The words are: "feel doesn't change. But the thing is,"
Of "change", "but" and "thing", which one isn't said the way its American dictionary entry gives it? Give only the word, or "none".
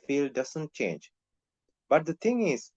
thing